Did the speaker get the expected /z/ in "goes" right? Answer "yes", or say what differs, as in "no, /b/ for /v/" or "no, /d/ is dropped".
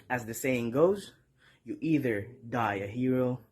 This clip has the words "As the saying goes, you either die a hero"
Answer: yes